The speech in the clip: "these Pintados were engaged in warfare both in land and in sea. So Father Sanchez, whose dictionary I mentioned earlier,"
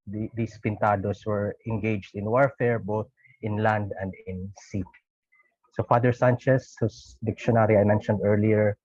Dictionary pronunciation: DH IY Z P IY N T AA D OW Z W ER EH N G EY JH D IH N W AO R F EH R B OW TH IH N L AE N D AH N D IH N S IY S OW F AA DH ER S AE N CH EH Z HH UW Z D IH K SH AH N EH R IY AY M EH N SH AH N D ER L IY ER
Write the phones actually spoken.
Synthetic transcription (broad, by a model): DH IY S P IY N T AA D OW S W ER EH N G EY JH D IH N W AO R F EH R B OW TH IH N L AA N D AH N D IH N S IY S OW F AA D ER S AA N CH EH S HH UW S D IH K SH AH N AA R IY AY M EH N SH AH N D ER L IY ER